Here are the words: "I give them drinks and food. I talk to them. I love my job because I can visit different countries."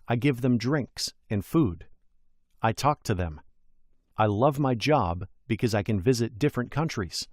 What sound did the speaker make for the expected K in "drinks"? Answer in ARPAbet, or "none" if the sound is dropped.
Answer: K